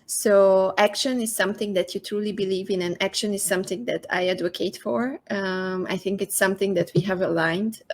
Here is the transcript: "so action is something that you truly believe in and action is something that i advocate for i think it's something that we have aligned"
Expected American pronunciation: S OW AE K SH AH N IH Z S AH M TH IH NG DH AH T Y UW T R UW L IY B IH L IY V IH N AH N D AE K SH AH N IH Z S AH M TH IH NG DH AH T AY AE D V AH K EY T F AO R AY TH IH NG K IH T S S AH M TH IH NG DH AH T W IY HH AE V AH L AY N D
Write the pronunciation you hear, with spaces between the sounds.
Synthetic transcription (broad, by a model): S OW AE K SH AH N IH Z S AH M TH IH NG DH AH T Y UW T R UW L IY B IH L IY V IH N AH N AE K SH AH N IH Z S AH M TH IH NG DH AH T AY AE D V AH K EY T F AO R AY TH IH NG K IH T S S AH M TH IH NG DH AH T W IY HH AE V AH L AY N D